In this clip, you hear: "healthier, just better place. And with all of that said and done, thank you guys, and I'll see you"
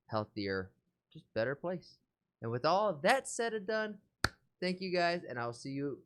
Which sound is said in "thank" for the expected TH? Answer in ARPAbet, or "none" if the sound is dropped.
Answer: TH